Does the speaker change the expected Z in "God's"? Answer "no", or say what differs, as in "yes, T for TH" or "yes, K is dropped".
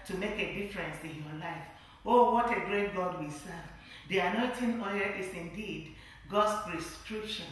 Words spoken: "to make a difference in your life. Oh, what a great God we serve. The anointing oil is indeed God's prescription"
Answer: yes, S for Z